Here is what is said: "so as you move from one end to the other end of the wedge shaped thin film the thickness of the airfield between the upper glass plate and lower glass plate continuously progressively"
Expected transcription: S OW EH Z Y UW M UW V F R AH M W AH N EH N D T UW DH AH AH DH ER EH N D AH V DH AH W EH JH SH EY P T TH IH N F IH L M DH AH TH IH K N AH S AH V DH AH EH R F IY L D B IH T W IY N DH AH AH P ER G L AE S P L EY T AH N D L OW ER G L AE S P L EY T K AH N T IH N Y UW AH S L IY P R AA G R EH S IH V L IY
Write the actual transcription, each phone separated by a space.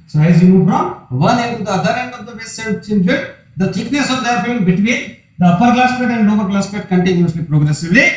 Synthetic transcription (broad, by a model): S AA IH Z Y UW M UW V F R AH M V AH N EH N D T UW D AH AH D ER EH N D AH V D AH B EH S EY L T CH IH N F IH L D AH T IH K N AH S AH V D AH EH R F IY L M B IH T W IY N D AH AH P ER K L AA S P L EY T AH N D N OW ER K L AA S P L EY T K AH N T IH N Y UW AH S L IY P R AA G R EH S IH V L IY